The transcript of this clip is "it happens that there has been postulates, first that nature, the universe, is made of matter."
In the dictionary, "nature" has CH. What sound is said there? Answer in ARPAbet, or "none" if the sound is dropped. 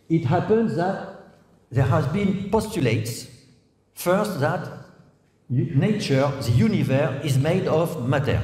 CH